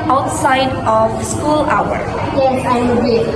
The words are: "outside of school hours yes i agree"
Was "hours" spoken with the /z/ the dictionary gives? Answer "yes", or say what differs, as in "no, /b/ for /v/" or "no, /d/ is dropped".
no, /z/ is dropped